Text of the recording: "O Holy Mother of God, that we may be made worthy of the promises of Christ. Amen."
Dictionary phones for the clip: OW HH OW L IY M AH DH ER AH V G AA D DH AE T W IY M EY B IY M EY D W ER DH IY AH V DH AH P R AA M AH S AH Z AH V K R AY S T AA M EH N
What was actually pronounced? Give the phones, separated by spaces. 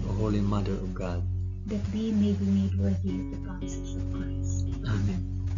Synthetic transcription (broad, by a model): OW HH OW L IY M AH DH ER AH V G AA D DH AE T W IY M EY B IY M EY D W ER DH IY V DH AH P AA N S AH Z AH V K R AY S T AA M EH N